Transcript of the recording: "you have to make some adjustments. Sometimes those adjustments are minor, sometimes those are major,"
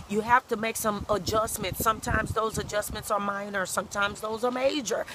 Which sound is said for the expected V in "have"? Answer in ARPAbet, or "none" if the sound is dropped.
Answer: F